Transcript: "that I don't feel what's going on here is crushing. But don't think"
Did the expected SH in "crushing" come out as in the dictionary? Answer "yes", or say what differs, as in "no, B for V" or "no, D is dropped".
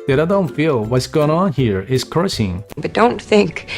no, S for SH